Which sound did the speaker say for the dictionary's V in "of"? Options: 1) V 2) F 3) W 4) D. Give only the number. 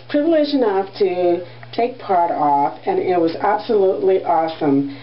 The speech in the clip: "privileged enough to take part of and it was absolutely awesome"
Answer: 2